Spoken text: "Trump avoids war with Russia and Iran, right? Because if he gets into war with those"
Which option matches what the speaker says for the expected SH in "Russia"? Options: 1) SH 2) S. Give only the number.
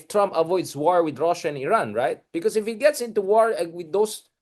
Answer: 1